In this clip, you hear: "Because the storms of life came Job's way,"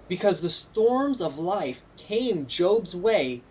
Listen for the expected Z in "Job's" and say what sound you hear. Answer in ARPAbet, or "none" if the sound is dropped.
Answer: Z